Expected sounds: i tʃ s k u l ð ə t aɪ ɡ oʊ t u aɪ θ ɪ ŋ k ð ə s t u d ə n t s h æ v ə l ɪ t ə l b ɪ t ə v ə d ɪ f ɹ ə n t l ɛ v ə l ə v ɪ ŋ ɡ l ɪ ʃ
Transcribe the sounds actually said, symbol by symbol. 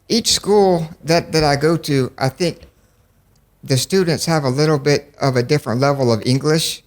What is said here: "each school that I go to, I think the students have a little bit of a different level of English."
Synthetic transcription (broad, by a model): i tʃ s k u l ð ə t aɪ ɡ oʊ t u aɪ θ ɪ ŋ k ð ə s t u d n t s h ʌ v ə l ɪ t l b ɪ t ə v ə d ɪ f ɹ ə n t l ɛ v l ə v ɪ ŋ ɡ l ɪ ʃ